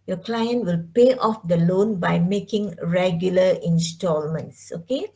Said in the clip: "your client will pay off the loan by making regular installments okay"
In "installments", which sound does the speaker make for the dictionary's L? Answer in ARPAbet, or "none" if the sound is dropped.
L